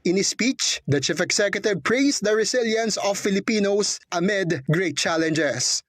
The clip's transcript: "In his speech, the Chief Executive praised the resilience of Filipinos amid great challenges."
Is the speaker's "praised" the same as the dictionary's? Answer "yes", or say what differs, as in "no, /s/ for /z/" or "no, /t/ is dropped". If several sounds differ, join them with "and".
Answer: no, /s/ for /z/